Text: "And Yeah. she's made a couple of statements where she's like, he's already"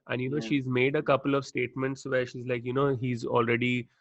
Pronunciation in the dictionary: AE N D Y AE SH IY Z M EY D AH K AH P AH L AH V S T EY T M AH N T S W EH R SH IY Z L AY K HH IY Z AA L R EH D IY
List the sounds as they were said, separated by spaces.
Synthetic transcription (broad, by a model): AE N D Y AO SH IY Z M EY D AH K AH P AH L AH V S T EY T M AH N T S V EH R SH IY Z L AY K HH IY Z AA L R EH D IY